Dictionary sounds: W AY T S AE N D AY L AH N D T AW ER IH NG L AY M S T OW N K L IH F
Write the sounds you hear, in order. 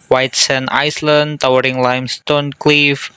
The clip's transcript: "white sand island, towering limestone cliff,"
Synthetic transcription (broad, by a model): W AY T S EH N AY L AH N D T AW ER IH NG L AY M S T OW N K L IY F